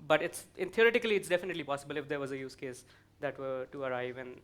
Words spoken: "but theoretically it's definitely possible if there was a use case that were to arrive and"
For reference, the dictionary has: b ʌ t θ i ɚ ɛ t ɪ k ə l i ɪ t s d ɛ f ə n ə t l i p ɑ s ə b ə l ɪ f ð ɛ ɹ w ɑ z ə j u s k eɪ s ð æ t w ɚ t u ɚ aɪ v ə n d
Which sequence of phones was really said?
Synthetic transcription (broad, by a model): b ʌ t t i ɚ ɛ t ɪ k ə l i ɪ t s d ɛ f ə n ə t l i p ɑ s ə b ə l ɪ f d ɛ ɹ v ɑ z ə j u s k eɪ s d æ t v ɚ t u ɚ aɪ v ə n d